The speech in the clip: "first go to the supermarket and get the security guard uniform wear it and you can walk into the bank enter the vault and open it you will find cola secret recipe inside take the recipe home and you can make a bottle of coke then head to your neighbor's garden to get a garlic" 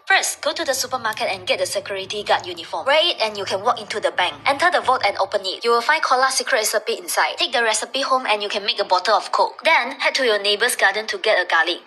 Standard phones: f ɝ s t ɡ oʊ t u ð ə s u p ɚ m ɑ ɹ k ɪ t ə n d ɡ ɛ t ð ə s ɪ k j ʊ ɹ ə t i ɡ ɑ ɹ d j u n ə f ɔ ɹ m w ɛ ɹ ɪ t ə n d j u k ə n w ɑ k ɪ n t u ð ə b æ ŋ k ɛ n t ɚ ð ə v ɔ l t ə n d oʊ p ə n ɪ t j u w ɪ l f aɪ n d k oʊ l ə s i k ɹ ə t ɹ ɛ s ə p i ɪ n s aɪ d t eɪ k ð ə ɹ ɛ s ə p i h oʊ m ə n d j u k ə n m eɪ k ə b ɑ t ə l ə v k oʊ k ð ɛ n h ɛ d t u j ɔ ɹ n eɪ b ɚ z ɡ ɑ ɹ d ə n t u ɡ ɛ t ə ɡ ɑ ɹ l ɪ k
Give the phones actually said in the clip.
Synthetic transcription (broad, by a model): f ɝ s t ɡ oʊ t u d ə s u p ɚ m ɑ k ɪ t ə n ɡ ɛ t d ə s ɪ k j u ɹ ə t i ɡ ɑ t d j u n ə f ɔ m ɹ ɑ ɪ t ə n j u k ə n w ɑ k ɪ n t u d ə b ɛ ŋ k ɛ n t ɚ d ə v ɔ t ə n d oʊ p ə n ɪ t j u w ɪ l f aɪ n k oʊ l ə s i k ɹ ə t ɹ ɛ s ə p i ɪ n s aɪ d t eɪ k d ə ɹ ɛ s ə p i h oʊ m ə n j u k ə n m eɪ k ə b ɑ t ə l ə f k oʊ k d ɛ n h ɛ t t u j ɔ n eɪ b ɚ s ɡ ɑ d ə n t u ɡ ɛ t ə ɡ ɑ l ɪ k